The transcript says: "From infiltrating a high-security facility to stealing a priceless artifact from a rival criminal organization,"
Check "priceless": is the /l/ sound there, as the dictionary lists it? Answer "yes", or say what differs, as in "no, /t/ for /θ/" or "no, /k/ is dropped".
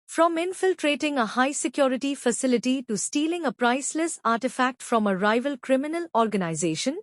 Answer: yes